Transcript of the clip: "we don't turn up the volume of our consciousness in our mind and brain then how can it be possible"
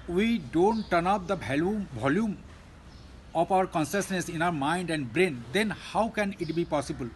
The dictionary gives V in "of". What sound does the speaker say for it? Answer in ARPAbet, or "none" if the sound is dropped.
P